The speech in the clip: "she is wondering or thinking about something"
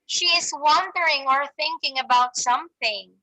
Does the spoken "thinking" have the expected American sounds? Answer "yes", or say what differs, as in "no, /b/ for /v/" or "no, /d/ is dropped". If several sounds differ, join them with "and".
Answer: yes